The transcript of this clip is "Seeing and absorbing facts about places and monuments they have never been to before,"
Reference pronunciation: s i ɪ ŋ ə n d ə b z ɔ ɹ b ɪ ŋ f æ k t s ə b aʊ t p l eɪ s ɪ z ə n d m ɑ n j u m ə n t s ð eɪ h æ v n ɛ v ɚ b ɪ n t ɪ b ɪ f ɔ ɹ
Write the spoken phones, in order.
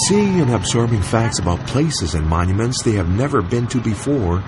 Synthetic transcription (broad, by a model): s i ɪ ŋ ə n ə b z ɔ ɹ b ɪ ŋ f æ k t s ə b aʊ t p l eɪ s ɪ z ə n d m ɑ n j u m ə n t s ð eɪ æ v n ɛ v ɚ b ɪ n t ɪ b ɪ f ɔ ɹ